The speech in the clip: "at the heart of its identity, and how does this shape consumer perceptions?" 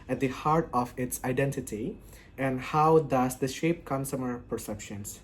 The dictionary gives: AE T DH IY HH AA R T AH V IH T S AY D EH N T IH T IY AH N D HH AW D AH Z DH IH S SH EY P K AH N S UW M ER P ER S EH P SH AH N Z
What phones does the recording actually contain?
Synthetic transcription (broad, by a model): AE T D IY HH AA R T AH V IH T S AY D EH N T IH T IY AH N D HH AW D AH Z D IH SH EY P K AH N S UW M ER P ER S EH P SH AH N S